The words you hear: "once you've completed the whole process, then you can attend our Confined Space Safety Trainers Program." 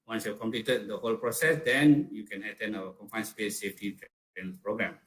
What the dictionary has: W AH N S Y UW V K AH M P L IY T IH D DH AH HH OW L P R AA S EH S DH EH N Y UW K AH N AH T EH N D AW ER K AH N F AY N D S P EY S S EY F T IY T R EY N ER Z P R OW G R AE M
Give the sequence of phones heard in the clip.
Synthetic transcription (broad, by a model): W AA N S Y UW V K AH M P L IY T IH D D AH HH OW L P R AA S EH S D EH N Y UW K AH N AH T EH N AW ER K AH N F AY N S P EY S S EY F T IY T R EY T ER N P R OW G R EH M